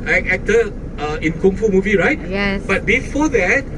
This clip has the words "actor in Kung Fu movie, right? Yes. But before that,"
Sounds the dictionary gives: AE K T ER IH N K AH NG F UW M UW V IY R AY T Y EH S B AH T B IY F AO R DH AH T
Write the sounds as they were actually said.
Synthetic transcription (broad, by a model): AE K T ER IH N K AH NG F UW M UW V IY R AY T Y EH B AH T B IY F AO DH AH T